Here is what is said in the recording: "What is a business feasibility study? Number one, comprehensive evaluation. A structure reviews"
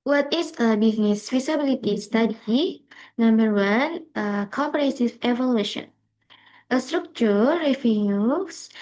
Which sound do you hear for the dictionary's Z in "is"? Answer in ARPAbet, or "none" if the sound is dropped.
S